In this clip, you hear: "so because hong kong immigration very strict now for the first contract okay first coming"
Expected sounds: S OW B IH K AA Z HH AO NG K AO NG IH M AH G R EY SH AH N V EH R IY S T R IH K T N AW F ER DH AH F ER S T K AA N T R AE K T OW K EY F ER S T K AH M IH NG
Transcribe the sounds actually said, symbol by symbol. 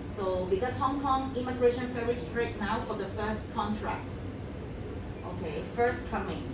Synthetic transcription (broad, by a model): S OW B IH K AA S HH AO NG K AO NG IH M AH G R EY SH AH N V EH R IY S T R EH T N AW F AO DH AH F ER S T K AA N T R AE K T OW K EY F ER S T K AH M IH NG